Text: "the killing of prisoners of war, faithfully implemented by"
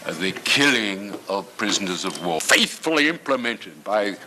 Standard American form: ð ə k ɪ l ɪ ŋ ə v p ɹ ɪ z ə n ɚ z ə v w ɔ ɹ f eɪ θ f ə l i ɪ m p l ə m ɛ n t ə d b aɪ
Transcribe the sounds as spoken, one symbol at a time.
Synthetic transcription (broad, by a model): ð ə k ɪ l ɪ ŋ ə v p ɹ ɪ z ə n ɚ z ə v w ɔ f eɪ θ f ə l i ɪ m p l ə m ɛ n t ə d b aɪ